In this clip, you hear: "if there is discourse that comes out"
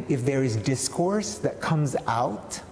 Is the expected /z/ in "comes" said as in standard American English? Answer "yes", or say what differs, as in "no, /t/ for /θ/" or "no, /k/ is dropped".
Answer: yes